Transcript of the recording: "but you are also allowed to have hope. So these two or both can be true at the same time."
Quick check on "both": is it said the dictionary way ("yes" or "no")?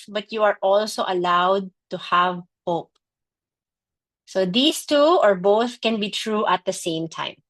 yes